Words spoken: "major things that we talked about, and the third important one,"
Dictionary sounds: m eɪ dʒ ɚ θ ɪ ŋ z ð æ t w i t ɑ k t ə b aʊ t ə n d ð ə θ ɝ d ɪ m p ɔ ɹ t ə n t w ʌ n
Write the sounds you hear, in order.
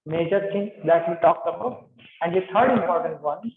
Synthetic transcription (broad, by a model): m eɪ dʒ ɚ t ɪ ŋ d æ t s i t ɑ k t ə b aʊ ə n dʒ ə t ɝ d ɪ m p ɔ ɹ t ə n t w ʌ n